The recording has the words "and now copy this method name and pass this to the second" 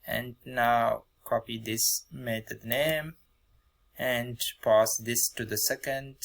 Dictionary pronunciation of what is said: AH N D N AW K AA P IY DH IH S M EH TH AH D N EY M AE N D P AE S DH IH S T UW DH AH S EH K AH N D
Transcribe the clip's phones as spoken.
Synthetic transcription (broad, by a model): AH N D N AW K AA P IY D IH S M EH T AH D N EY M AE N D P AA S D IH S T UW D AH S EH K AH N D